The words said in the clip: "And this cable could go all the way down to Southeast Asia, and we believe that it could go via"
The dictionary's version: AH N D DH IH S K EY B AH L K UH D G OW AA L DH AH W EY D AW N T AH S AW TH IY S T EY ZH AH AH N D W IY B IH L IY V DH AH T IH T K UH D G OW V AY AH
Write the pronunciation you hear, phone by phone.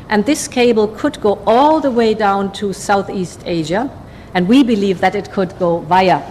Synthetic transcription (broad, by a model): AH N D DH IH S K EY B L K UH D G OW AA L DH AH W EY D AW N T AH S AW TH IY S T EY ZH AH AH N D W IY B IH L IY V DH AH T IH T K UH D G OW V AY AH